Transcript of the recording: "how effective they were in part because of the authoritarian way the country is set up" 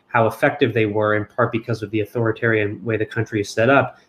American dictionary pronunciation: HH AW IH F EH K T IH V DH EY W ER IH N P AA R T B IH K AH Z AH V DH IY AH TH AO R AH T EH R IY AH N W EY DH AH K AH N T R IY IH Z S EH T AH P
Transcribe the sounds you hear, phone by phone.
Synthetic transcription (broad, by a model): HH AW IH F EH K T IH V DH EY W ER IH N P AA R T B IH K AH Z AH V DH IY AH TH AO R AH T EH R IY AH N W EY DH AH K AH N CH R IY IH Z S EH T AH P